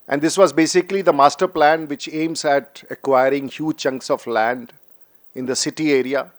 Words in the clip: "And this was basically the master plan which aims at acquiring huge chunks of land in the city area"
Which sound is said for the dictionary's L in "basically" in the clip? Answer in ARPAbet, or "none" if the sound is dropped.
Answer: L